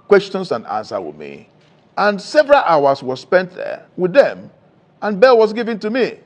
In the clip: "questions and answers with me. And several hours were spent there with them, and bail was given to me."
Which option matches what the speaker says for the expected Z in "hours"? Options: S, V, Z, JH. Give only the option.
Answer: S